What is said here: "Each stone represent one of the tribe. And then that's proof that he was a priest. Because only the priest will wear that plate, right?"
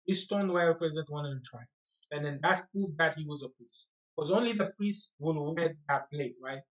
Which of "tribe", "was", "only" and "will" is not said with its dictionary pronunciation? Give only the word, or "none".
tribe